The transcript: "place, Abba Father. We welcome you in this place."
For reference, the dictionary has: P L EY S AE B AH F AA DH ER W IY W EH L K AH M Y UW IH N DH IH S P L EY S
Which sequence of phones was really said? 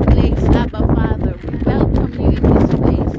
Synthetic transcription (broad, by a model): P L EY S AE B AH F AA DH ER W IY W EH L AH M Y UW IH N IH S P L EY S